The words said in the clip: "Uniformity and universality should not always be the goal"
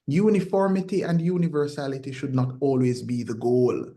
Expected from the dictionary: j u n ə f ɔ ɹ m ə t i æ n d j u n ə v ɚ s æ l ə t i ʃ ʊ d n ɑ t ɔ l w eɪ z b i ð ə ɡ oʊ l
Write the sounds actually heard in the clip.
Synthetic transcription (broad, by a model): j u n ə f ɔ ɹ m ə t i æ n d j u n ə v ɚ s æ l ə t i ʃ ʊ d n ɑ t ɔ l w eɪ z b i ð ə ɡ oʊ l